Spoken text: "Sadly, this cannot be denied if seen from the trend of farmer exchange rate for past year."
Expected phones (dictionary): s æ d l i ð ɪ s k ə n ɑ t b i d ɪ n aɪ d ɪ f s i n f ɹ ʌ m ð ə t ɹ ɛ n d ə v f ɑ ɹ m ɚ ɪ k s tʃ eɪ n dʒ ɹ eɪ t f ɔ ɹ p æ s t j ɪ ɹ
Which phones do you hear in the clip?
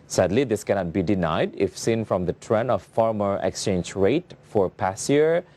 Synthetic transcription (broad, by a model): s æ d l i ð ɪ s k ə n ɑ t b i d ɪ n aɪ d ɪ f s i n f ɹ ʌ m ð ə t ɹ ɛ n ə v f ɑ ɹ m ɚ ɪ k s tʃ eɪ n dʒ ɹ eɪ t f ɔ ɹ p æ s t j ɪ ɹ